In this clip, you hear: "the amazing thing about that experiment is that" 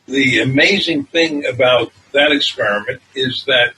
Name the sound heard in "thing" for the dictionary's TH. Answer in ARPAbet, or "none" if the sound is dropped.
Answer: TH